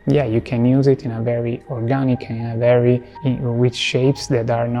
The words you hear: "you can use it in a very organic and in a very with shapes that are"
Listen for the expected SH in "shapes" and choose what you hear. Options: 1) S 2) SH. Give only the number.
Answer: 2